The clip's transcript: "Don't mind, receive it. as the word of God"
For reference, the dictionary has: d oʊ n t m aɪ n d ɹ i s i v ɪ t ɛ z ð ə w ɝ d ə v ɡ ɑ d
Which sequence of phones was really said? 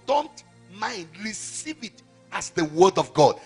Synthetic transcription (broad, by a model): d oʊ n t m aɪ n d ɹ i s i v ɪ t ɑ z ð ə w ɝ d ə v ɡ ɑ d